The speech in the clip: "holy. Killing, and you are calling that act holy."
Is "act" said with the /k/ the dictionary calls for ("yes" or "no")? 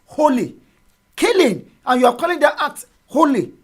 no